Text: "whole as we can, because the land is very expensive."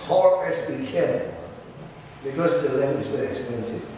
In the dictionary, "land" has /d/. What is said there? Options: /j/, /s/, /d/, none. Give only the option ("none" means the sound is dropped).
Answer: none